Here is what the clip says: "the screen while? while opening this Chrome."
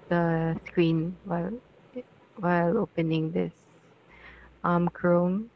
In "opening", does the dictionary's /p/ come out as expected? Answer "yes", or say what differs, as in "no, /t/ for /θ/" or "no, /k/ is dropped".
yes